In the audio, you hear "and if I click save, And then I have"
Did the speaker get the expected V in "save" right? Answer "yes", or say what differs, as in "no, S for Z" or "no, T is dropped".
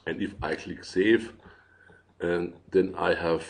no, V is dropped